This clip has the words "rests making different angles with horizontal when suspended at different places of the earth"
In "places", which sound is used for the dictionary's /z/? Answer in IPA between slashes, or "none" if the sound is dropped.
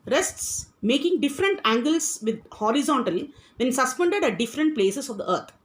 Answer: /s/